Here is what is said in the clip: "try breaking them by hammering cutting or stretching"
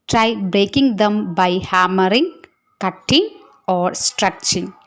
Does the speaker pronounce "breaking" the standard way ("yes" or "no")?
yes